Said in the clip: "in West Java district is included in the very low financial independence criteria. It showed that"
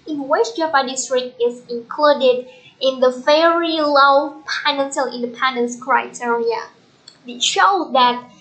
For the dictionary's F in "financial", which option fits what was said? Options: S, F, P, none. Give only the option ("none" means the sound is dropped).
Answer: P